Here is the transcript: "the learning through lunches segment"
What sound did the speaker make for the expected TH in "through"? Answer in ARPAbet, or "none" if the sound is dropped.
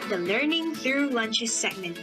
TH